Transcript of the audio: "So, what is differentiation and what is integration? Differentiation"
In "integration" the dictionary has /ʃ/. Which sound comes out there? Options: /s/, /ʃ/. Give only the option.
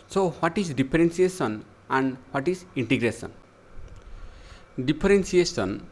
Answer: /s/